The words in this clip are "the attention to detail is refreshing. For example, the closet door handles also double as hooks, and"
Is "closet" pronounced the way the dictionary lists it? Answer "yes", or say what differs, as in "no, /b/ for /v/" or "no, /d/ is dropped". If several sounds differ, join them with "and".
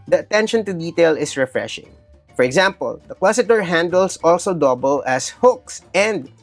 no, /w/ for /l/